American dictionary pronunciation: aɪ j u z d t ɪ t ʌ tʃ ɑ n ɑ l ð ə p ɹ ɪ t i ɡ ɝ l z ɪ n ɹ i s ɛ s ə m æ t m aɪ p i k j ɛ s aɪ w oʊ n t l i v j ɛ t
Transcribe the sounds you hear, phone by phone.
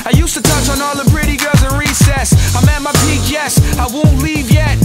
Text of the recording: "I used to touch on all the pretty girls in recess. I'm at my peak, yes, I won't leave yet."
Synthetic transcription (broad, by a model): aɪ j u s t ɪ t ʌ tʃ n ɑ l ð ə b ɹ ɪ t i ɡ ɝ l z ɪ n ɹ i s ɛ s ə m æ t m aɪ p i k j ɛ s aɪ w oʊ n t l i v j ɛ t